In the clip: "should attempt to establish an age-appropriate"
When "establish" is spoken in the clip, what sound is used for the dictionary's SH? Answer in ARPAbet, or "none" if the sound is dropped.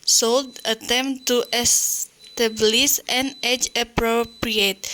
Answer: S